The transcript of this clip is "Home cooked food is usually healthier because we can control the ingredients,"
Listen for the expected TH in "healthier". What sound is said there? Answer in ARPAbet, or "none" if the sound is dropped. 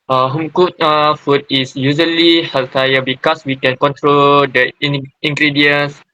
T